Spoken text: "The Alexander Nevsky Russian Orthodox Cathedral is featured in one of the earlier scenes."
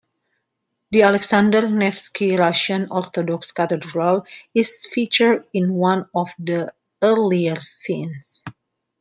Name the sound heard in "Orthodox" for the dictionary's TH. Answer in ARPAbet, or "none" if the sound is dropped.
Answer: T